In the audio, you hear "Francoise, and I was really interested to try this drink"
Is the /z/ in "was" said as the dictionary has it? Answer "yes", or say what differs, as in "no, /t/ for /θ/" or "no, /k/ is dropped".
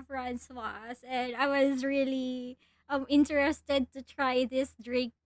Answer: yes